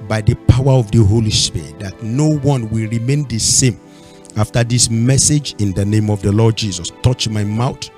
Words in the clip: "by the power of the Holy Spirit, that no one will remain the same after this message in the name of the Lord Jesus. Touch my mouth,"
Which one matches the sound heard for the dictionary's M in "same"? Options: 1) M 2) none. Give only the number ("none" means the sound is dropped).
1